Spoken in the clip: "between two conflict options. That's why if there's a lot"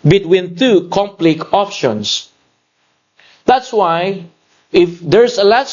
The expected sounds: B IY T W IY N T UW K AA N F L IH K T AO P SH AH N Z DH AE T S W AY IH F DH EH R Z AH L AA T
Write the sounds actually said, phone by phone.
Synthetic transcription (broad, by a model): B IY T W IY N T UW K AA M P L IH K AO P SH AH N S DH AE T S W AY IH F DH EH R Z AH L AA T